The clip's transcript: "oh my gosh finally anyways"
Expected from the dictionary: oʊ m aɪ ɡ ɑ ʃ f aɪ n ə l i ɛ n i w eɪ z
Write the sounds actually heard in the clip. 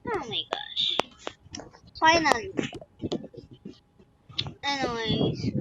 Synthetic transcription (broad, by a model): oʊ m aɪ ɡ ɑ ʃ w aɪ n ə n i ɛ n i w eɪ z